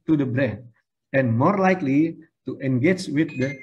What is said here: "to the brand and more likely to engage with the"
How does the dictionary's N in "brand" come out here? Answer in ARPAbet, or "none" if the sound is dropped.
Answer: none